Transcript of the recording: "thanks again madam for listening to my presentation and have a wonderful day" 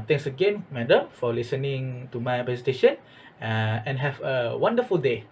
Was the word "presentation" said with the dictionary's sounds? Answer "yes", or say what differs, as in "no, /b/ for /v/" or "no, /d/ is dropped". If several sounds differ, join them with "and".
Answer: no, /ɹ/ is dropped and /n/ is dropped